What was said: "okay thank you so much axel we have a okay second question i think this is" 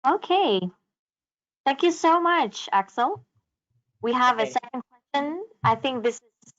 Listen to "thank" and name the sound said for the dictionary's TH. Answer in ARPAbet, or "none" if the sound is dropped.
TH